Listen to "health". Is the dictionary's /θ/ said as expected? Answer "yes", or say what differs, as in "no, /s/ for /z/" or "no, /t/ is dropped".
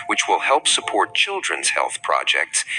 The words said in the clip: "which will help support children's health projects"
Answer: yes